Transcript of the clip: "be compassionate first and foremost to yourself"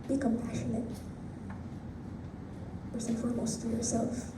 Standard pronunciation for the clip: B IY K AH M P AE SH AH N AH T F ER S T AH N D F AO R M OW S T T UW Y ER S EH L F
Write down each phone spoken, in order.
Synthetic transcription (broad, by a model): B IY K AH M P AE SH AH N AH T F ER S AH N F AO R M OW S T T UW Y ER S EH L F